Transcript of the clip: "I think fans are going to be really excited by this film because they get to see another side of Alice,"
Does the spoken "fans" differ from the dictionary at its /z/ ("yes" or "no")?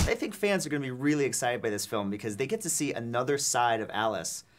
no